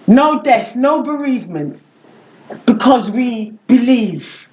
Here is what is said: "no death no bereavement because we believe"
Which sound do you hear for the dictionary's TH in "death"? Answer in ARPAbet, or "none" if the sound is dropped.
TH